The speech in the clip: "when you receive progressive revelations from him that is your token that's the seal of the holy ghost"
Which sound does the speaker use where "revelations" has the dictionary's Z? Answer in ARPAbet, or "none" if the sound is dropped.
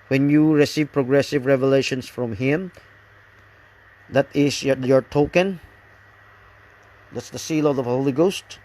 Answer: S